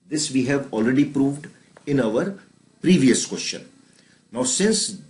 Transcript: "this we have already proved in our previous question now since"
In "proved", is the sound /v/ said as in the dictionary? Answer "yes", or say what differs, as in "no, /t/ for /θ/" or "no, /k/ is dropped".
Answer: yes